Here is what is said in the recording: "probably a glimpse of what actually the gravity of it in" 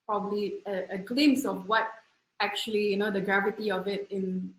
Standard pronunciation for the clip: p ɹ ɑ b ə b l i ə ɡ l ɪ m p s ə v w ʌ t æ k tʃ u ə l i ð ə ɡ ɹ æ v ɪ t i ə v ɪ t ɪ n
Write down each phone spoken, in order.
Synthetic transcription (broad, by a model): p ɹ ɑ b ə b l i ə ɡ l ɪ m s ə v w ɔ t æ k tʃ u ə l i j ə ɡ ɹ æ v ɪ t i ə v ɪ t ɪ n